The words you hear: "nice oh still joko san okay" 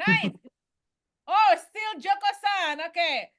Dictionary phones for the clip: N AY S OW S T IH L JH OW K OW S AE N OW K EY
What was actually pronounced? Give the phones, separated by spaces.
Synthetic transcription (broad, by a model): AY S OW S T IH L JH OW K OW S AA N OW K EY